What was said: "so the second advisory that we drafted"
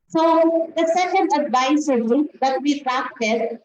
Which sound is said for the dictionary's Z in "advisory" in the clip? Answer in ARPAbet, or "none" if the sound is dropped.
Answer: S